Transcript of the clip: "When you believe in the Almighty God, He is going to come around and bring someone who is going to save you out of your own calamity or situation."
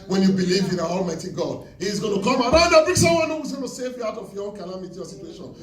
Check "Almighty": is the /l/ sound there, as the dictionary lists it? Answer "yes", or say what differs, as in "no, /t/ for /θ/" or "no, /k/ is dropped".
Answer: yes